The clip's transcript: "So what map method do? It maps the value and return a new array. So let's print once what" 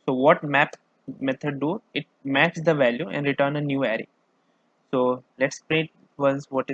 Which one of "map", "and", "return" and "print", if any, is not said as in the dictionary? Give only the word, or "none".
print